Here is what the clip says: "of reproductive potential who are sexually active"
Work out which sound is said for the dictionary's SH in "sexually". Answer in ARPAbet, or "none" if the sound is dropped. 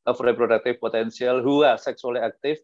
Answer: S